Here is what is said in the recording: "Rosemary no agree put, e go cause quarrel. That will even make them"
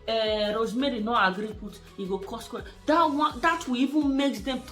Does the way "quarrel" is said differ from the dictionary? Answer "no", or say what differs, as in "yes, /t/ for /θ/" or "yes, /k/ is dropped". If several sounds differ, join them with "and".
yes, /w/ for /ɹ/